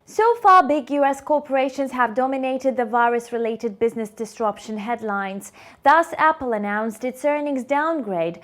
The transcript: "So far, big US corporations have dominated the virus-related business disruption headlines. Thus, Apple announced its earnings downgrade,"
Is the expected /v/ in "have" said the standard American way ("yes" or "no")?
yes